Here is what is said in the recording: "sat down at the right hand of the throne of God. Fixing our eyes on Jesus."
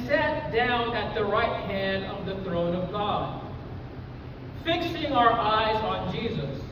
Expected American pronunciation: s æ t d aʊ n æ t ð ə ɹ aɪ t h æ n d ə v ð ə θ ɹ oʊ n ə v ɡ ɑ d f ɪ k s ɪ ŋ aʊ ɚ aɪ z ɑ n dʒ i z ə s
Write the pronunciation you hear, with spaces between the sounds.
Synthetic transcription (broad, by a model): s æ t d aʊ n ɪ t ð ə ɹ aɪ t h æ n d ə v ð ə θ ɹ oʊ n ə v ɡ ɑ d f ɪ k s ɪ ŋ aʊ ɚ aɪ z n dʒ i z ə s